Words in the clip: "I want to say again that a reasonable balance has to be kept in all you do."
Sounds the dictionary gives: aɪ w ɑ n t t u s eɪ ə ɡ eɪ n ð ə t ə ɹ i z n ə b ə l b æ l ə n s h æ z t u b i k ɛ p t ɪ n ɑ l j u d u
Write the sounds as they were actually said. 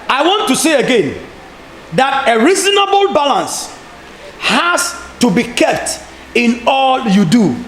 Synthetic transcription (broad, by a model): aɪ w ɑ n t t u s eɪ ə ɡ eɪ n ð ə t ə ɹ i z n ə b ə l b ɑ l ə n s h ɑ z t u b i k ɛ p t ɪ n ɑ l j u d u